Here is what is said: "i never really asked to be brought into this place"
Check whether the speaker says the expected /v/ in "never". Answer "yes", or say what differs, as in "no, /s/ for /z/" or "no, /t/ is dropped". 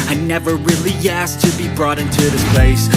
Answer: yes